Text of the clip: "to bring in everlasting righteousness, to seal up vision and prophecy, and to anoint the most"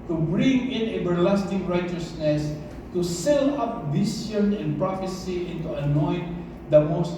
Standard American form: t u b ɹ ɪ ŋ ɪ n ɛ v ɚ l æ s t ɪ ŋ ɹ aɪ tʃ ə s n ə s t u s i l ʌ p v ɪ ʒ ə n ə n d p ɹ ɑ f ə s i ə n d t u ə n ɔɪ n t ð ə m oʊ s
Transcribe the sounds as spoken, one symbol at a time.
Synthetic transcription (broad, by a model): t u b ɹ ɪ ŋ ɪ n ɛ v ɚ l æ s t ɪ ŋ ɹ aɪ tʃ ə s n ə s t u s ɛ l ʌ p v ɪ s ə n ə n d p ɹ ɑ f ə s i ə n t u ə n ɔɪ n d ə m oʊ s